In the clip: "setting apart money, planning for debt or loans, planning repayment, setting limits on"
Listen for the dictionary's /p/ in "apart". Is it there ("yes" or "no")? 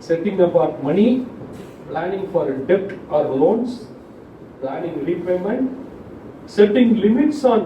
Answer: no